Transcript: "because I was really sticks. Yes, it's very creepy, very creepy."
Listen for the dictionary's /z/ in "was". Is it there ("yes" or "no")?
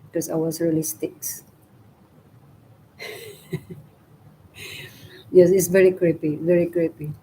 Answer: no